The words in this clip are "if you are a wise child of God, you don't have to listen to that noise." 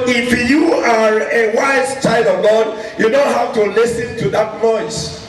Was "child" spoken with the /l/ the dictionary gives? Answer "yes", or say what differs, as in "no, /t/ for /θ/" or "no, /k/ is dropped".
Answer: yes